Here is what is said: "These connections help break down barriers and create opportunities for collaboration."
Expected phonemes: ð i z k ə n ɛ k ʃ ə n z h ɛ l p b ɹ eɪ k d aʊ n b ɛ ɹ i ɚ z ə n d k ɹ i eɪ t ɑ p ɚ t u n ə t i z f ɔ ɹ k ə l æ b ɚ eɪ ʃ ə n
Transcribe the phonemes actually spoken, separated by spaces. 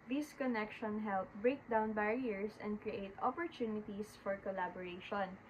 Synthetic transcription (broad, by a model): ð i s k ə n ɛ k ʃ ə n h ɛ l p b ɹ eɪ k d aʊ n b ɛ ɹ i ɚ s ə n d k ɹ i eɪ t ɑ p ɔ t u n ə t i s f ɔ ɹ k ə l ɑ b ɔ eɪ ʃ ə n